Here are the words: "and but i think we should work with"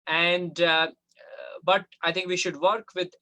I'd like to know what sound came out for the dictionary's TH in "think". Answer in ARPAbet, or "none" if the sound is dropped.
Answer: T